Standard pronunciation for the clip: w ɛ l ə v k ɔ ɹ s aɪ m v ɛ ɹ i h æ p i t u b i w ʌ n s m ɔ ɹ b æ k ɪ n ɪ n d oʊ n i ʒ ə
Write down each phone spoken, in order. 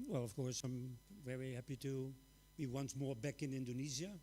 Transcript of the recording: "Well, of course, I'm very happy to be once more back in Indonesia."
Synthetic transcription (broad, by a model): w ɛ l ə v k ɔ ɹ s aɪ m v ɛ ɹ i h æ p i t u b i w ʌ n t m ɔ ɹ b æ k ɪ n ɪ n d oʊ n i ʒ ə